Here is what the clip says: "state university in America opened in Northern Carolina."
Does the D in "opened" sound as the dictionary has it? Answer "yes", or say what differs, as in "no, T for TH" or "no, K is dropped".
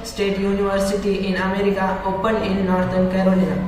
no, D is dropped